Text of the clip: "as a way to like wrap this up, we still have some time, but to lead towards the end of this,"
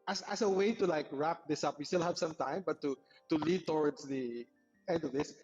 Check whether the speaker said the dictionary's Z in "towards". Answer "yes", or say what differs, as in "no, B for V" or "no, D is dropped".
no, S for Z